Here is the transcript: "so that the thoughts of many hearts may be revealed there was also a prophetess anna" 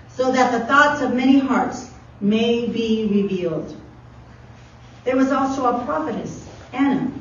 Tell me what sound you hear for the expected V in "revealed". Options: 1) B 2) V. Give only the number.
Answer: 2